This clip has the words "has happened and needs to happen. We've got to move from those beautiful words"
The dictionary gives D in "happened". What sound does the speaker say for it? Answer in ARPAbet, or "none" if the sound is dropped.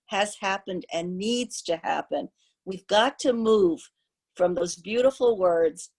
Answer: D